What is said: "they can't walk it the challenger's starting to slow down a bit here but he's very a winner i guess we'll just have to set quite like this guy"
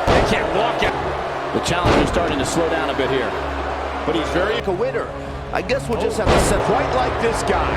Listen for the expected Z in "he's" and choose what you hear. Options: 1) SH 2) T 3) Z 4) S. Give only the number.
3